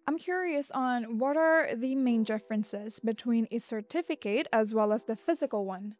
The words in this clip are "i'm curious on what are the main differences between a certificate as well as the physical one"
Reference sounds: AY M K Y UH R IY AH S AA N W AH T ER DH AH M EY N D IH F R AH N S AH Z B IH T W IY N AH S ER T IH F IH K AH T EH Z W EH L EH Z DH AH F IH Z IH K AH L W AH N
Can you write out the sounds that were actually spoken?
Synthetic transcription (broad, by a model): AY M K Y UH R IY AH S N W AH T ER DH AH M EY N D IH F R AH N S AH Z B IH T W IY N AH S ER T IH F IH K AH T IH Z W EH L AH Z DH AH F IH Z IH K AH L W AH N